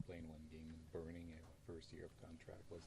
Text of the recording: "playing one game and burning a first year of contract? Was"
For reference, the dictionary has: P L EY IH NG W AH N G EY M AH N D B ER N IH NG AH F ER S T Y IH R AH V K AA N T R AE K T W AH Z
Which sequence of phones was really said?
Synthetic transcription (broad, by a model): P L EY IH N W AH N G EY AH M B ER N IH NG AH F ER S T Y IH R AH V K AA N T R AE K T W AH Z